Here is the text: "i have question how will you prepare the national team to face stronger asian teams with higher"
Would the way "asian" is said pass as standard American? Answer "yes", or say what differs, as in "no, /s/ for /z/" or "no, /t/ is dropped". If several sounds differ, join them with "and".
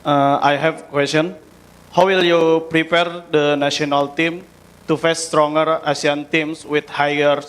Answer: no, /s/ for /ʒ/